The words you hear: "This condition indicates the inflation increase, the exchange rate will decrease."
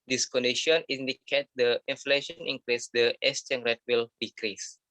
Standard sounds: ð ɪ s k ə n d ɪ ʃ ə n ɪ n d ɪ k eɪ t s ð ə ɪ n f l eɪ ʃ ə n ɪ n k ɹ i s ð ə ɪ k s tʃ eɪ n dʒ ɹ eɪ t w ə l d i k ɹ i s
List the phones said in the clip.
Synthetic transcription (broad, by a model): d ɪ s k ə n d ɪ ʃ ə n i n d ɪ k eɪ t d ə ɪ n f l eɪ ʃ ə n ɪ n k ɹ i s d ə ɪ s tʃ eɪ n ɹ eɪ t w ə l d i k ɹ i s